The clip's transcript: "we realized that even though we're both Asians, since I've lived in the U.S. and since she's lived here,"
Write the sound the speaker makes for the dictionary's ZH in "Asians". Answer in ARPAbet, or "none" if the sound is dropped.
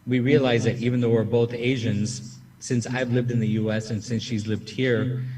ZH